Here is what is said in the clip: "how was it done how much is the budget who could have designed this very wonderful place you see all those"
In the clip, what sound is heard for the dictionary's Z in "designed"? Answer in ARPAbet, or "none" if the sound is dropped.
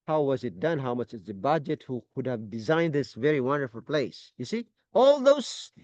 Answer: Z